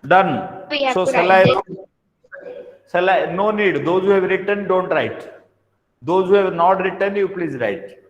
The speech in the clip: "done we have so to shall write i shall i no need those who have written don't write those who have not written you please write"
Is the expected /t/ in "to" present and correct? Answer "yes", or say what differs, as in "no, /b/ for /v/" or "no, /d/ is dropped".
no, /s/ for /t/